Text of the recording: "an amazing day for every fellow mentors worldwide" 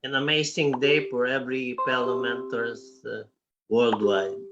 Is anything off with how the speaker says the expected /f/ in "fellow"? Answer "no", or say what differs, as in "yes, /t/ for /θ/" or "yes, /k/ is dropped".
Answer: yes, /p/ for /f/